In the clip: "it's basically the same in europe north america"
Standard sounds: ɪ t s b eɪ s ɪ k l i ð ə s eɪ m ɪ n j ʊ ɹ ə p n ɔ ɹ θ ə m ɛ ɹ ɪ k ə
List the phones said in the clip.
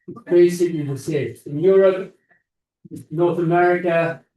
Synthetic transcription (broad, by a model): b eɪ s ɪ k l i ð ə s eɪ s ɪ n j ʊ ɹ ə p n ɔ ɹ θ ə m ɛ ɹ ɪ k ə